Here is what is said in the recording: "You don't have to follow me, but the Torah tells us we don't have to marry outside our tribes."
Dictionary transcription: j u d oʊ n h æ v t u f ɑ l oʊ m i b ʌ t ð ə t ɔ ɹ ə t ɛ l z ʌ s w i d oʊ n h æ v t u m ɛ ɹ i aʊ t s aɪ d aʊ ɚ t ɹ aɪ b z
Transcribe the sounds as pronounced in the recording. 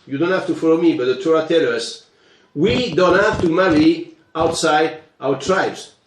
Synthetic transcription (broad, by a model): j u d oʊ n h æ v t u f ɑ l oʊ m i b ʌ t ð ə t ɔ ɹ ə t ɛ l ʌ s w i d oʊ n h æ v t u m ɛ ɹ i aʊ t s aɪ d aʊ ɚ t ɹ aɪ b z